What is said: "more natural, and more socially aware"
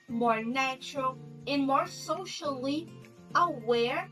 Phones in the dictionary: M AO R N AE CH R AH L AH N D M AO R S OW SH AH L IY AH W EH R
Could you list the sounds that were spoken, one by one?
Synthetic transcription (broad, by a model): M AO R N AE CH R AH L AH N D M AO R S OW SH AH L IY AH W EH R